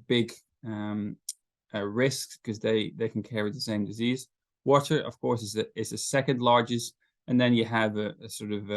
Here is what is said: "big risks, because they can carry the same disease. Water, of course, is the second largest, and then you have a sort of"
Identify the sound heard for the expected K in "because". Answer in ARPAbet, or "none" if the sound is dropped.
none